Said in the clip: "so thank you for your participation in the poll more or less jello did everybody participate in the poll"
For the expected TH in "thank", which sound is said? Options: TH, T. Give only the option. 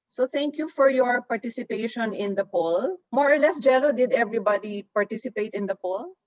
T